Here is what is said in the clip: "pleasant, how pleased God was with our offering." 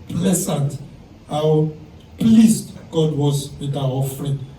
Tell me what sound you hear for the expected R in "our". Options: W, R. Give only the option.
W